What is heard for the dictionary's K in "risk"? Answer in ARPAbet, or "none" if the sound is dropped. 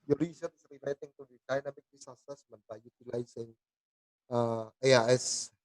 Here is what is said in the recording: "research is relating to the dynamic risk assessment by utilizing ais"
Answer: none